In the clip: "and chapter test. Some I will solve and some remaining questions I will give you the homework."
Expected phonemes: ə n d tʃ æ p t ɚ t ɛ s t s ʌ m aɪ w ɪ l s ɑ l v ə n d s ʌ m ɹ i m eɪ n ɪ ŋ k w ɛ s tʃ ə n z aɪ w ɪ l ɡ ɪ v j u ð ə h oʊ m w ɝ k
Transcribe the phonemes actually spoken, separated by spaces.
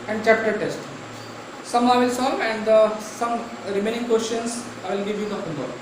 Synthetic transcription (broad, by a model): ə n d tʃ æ p t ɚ t ɛ s t s ʌ m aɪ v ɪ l s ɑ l ə n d s ʌ m ɹ i m eɪ n ɪ ŋ k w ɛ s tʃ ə n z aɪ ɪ l ɡ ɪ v j u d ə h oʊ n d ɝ